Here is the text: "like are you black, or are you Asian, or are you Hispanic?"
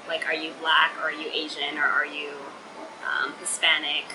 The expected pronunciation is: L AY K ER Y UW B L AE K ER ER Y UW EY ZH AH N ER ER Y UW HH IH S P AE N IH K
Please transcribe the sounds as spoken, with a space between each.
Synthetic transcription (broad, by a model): L AY K ER Y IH B L AE K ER ER Y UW EY ZH AH N ER ER Y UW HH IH S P AE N IH K